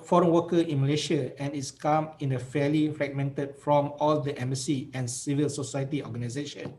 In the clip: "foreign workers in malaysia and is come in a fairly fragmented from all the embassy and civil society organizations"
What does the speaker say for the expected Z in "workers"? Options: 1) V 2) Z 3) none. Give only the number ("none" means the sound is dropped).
3